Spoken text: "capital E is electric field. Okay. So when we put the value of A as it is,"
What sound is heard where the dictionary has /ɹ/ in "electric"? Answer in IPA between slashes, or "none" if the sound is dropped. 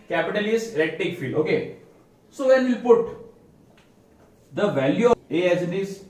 none